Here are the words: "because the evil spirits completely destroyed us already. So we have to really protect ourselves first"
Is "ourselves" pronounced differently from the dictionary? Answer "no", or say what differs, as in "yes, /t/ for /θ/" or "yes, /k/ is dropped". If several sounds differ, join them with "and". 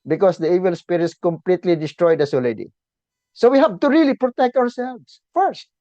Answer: yes, /w/ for /ɹ/